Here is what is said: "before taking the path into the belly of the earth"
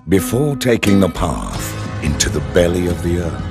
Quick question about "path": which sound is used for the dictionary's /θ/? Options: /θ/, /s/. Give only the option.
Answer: /θ/